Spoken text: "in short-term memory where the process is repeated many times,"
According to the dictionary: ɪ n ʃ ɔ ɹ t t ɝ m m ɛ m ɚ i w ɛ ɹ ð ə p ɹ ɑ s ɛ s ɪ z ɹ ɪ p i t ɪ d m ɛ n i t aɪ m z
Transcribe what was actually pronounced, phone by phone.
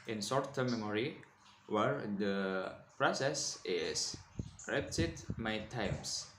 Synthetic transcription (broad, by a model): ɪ n s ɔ ɹ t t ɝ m m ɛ m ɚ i w ɛ ɹ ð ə p ɹ ɑ s ɛ s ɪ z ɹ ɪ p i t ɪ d m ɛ i t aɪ m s